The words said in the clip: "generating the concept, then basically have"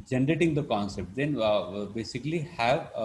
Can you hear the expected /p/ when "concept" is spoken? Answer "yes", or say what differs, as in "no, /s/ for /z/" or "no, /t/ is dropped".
yes